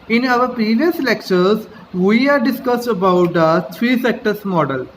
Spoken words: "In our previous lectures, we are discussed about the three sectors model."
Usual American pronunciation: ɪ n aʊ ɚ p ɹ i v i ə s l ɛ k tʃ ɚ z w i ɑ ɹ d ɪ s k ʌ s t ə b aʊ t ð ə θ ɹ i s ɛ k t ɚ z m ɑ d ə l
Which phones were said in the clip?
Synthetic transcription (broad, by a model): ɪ n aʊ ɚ p ɹ i v i ə s l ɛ k tʃ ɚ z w i ɑ ɹ d ɪ s k ʌ s t ə b aʊ t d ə t ɹ i s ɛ k t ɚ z m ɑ d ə l